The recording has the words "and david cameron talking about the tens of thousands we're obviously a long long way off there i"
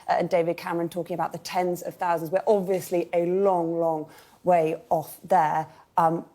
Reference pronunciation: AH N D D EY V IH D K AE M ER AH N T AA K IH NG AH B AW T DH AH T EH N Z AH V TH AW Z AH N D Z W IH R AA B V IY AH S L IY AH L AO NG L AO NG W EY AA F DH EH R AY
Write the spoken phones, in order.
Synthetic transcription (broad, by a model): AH N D D EY V IH D K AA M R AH N T AA K IH NG AH B AW T DH AH T EH N Z AH V TH AW Z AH N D Z W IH R AA B V IY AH S L IY AH L AO NG L AO NG W EY AA F DH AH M